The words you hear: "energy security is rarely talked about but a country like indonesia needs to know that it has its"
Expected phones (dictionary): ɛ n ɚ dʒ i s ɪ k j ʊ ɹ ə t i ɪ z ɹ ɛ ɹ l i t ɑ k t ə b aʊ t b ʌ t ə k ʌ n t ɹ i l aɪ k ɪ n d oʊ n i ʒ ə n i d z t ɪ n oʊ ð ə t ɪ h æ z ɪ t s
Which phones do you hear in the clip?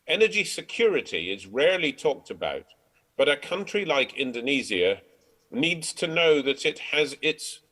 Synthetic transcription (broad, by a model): ɛ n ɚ dʒ i s ɪ k j ʊ ɹ ə t i ɪ z ɹ ɛ ɹ l i t ɑ k t ə b aʊ t b ʌ t ə k ʌ n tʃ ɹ i l aɪ k ɪ n d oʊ n i z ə n i d z t ɪ n oʊ ð ə t ɪ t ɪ z ɪ t s